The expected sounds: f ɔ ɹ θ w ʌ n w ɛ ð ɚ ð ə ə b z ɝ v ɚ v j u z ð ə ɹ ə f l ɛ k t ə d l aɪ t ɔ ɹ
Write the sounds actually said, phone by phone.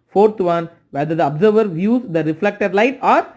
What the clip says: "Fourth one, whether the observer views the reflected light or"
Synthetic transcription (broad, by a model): f ɔ ɹ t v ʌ n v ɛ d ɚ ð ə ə b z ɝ v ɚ v j u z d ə ɹ ə f l ɛ k t ə d l aɪ t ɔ ɹ